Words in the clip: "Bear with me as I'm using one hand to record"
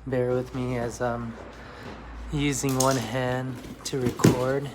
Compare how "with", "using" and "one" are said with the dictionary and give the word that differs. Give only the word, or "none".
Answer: none